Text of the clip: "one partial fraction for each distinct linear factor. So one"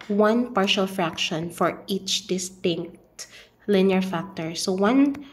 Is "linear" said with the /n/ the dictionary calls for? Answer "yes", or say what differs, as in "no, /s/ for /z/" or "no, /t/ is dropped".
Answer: yes